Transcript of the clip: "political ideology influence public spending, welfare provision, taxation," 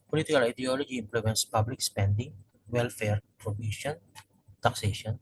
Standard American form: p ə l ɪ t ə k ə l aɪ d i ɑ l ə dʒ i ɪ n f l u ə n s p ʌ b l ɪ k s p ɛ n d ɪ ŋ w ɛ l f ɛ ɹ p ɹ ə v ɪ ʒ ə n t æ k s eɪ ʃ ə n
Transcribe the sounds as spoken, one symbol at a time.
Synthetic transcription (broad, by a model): p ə l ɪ t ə k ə l aɪ d i ɑ l ə dʒ i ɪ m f l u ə n s p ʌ b l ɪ k s p ɛ n d ɪ ŋ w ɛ l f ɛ ɹ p ɹ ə b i ʃ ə n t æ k s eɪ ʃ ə n